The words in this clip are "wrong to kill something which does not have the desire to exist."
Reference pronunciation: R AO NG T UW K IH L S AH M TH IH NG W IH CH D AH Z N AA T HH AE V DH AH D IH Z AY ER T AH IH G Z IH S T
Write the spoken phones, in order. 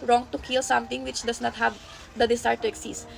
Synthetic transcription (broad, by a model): R AO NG T UW K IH L S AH M T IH NG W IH CH D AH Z N AA T HH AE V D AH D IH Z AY T AH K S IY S